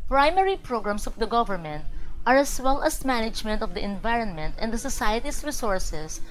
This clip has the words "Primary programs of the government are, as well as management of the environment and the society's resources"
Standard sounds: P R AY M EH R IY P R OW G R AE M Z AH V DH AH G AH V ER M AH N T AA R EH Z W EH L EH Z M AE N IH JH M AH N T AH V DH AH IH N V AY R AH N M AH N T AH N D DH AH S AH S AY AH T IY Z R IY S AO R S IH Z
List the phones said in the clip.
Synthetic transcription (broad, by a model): P R AY M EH R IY P R OW G R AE M S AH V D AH G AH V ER M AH N T AA R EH S W EH L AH S M AE N IH JH M AH N T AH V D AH IH N V AY R AH N M AH N T AH N D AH S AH S AY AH T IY S R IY S AO R S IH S